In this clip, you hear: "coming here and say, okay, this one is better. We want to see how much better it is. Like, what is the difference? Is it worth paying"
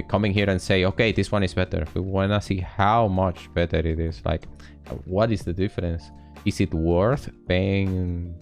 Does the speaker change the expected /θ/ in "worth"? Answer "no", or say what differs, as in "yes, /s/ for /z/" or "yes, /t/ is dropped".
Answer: no